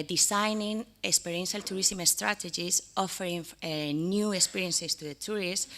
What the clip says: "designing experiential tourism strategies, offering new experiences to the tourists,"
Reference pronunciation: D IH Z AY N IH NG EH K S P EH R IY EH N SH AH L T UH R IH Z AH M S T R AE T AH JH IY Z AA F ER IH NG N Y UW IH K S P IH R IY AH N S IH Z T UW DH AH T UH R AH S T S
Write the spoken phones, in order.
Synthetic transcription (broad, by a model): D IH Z AY N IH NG EH K S P EH R IY EH N SH AH L T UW R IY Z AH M S T R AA T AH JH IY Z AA F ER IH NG N Y UW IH K S P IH R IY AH N S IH S T UW DH AH T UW R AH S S